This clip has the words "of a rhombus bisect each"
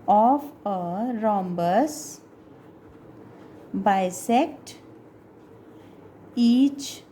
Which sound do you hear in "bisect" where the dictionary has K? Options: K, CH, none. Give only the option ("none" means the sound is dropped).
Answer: K